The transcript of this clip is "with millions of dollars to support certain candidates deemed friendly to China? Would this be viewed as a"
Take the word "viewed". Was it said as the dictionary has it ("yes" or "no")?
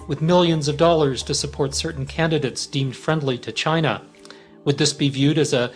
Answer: yes